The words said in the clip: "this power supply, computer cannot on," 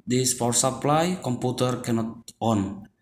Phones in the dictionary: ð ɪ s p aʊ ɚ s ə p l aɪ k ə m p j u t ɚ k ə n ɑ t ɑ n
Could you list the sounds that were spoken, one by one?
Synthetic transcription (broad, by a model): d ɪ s f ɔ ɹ s ə p l aɪ k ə m p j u t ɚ k ə n ɑ t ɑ n